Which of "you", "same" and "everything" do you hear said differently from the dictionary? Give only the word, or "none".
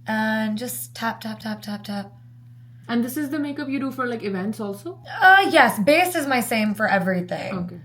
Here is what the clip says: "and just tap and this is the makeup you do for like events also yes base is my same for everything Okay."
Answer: none